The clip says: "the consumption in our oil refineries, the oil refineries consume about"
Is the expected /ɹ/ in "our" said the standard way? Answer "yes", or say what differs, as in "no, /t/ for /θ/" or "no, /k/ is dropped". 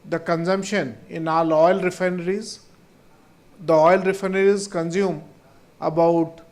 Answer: no, /l/ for /ɹ/